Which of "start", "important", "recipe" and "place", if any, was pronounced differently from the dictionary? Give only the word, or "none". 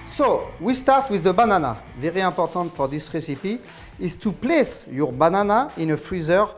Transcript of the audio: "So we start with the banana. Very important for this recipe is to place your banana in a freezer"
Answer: important